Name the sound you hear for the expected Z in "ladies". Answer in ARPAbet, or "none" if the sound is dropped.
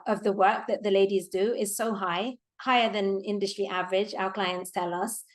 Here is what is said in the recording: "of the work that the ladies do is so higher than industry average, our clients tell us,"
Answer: Z